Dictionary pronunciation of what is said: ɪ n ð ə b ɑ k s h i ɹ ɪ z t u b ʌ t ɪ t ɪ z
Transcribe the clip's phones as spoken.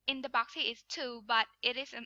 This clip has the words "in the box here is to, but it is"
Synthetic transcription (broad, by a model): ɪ n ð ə b ɑ k s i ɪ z t u b ʌ t ɪ t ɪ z